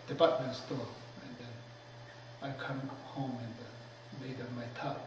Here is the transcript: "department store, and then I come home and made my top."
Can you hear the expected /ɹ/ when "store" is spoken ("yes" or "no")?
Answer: no